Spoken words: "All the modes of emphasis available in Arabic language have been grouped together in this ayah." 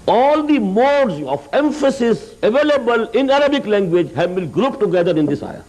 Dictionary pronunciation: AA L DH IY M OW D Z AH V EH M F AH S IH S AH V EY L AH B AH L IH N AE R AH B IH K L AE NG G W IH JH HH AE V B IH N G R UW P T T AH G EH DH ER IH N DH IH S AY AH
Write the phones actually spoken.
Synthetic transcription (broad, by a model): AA L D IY M OW D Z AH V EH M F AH S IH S AH V EY L AH B AH L IH N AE R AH B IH K L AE NG G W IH JH HH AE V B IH L G R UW P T T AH G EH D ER IH N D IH S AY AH